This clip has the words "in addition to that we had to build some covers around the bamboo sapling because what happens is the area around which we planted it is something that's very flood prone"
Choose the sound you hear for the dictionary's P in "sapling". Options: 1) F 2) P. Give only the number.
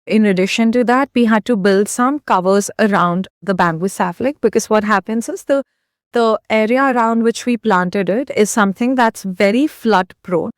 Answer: 1